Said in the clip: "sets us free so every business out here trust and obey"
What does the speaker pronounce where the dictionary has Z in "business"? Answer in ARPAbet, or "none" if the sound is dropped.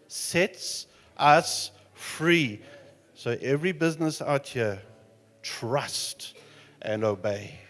Z